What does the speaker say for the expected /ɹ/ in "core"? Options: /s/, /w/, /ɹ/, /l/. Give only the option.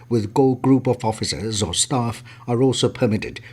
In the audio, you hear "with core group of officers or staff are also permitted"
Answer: /l/